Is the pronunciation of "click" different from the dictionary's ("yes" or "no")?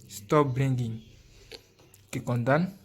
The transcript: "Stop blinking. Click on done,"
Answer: yes